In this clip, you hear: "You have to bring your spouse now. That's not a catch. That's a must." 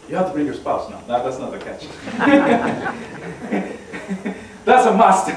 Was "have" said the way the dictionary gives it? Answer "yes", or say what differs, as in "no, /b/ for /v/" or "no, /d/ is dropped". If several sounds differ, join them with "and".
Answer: no, /f/ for /v/